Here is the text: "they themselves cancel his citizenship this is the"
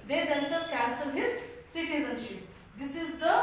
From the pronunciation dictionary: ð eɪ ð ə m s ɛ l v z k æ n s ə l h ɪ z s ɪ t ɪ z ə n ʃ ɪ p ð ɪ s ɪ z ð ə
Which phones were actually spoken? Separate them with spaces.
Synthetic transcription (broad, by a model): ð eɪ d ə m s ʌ v k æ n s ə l h ɪ z s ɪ t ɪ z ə n ʃ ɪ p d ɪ s ɪ z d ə